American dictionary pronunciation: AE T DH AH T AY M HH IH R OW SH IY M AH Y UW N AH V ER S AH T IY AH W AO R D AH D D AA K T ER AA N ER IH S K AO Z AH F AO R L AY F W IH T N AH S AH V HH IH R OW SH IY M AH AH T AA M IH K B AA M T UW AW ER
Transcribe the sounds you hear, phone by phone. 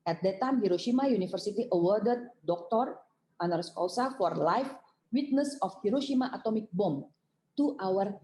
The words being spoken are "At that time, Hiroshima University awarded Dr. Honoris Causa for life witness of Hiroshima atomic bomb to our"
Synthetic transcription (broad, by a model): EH T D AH T AY M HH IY R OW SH IY M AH Y UW N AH F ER S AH T IY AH W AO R D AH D D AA K T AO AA N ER S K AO S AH F AO R L AY F W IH T N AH S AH F HH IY R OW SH IY M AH AH T AA M IH K B AA M T UW AW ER